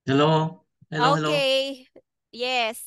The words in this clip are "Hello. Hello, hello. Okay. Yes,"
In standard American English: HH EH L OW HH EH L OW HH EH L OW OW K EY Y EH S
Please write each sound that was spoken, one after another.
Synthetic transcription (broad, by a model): HH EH L OW HH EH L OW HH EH L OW OW EY Y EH S